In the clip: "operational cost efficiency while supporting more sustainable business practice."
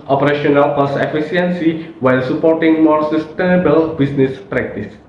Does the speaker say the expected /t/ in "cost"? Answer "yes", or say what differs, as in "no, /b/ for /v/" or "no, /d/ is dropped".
no, /t/ is dropped